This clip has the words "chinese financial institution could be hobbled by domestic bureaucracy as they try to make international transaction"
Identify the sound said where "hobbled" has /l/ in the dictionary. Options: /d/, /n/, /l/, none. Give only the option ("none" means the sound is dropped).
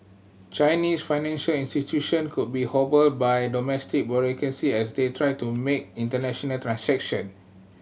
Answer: /l/